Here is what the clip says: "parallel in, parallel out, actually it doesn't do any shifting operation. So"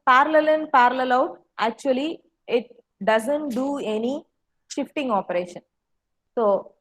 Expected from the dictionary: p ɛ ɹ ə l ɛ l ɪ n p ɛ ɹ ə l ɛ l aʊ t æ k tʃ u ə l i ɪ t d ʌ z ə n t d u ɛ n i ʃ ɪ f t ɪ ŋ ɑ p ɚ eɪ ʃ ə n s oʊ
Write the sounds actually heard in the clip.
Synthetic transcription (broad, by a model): p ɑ ɹ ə l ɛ l ɪ n p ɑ ɹ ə l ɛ l aʊ t æ k tʃ u ə l i ɪ t d ʌ z ə n t d u ɛ n i ʃ ɪ f t ɪ ŋ ɑ p ɚ eɪ ʃ ə n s oʊ